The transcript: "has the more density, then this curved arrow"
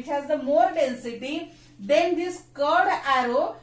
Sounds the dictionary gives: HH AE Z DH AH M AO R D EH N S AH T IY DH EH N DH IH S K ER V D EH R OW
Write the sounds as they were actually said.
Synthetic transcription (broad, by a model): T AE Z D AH M AO R D EH N S AH T IY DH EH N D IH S K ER D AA R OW